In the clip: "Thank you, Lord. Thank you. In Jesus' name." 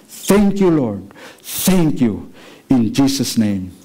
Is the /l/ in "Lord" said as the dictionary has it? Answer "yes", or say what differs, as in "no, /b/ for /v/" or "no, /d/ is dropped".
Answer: yes